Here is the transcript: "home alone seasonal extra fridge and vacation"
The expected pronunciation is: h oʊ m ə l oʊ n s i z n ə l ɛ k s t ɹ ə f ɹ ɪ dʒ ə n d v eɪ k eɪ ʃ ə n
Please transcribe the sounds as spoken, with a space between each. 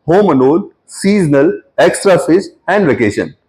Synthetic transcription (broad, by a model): h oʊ m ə n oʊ l s i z n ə l ɛ k s t ɹ ə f ɪ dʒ ə n d v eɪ k eɪ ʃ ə n